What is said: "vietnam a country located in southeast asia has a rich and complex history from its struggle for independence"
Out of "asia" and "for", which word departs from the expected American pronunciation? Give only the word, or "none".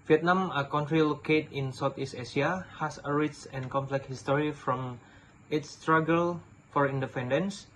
asia